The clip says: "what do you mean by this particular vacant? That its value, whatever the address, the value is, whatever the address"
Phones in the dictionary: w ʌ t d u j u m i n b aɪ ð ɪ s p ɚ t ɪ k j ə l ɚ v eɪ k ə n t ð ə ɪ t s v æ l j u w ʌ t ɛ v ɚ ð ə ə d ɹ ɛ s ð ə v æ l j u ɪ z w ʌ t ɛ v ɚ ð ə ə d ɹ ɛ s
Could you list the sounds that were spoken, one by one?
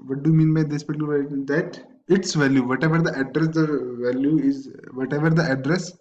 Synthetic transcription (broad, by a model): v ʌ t d u j u m i n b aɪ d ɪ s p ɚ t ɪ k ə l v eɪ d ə t ɪ t s v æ l j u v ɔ t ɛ v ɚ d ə ə d ɹ ɛ s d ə v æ l j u ɪ z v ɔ t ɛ v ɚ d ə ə d ɹ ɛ s